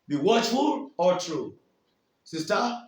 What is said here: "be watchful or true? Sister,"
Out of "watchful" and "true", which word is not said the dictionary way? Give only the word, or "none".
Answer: none